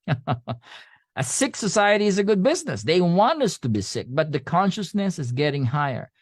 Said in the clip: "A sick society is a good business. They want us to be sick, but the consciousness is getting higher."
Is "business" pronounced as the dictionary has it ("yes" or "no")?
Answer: yes